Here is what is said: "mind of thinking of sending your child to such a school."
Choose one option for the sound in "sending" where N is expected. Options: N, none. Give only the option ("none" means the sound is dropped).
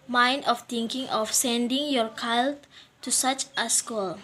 N